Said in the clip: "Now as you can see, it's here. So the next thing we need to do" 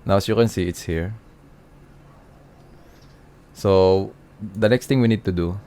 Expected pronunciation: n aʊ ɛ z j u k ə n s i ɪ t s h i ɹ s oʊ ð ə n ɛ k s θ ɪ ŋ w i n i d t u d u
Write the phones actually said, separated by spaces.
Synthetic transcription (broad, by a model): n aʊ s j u k ə n s i ɪ t s h i ɹ s oʊ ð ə n ɛ k s t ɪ ŋ w i n i d t u d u